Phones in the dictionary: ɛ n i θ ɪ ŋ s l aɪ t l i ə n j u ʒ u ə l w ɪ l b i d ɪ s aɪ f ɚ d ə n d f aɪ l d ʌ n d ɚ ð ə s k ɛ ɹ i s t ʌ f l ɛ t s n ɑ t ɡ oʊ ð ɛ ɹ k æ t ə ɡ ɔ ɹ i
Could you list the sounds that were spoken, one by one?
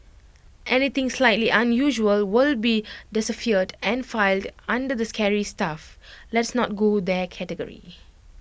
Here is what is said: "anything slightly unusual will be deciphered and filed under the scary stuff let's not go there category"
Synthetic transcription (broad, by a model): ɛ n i t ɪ ŋ s l aɪ t l i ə n j u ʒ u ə l w ɪ l b i d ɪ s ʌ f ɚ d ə n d f aɪ l d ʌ n d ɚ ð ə s k ɛ ɹ i s t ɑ f l ɛ t s n ɑ t ɡ oʊ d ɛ k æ t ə ɡ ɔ ɹ i